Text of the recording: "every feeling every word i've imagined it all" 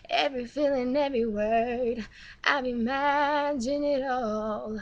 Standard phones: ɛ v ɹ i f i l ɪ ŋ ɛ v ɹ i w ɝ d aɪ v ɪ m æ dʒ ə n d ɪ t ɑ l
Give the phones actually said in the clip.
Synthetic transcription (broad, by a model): ɛ v ɹ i f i l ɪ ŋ ɛ v ɹ i w ɝ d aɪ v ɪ m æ dʒ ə n ɪ t ɑ l